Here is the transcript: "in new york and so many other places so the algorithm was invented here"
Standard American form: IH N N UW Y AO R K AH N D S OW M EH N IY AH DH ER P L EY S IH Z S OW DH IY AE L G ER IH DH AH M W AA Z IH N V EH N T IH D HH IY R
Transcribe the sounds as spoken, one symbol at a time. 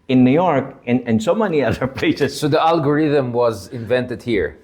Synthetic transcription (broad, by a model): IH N N UW Y AO R K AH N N S OW M EH N IY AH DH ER P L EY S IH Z S OW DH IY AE L G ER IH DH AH M W AA Z IH N V EH N T IH D HH IY R